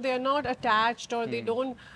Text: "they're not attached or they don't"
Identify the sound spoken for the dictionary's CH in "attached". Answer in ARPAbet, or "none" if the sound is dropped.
CH